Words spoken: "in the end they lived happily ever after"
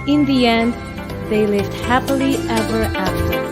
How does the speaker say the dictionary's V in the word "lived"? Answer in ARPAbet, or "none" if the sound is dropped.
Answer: V